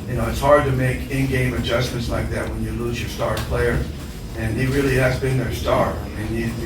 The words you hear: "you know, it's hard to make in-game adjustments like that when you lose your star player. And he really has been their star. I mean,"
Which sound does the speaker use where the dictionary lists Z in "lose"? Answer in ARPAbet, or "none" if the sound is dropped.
Z